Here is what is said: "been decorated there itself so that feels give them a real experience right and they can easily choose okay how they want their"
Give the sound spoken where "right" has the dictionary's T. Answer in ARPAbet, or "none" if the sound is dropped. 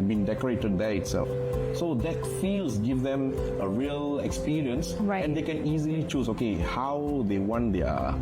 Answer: none